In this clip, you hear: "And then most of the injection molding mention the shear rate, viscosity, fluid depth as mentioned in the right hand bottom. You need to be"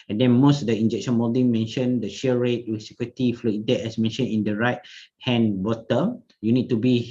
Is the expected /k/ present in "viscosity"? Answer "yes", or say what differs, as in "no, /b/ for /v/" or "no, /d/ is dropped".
no, /k/ is dropped